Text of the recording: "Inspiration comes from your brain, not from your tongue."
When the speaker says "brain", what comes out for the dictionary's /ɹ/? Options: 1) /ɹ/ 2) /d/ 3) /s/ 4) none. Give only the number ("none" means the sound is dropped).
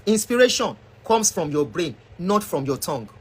1